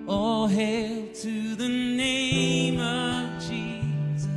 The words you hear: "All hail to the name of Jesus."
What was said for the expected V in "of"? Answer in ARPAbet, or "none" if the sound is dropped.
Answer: V